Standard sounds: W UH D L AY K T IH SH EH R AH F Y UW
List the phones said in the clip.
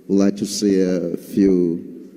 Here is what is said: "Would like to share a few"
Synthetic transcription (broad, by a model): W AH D L AY K T IH S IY AH F Y UW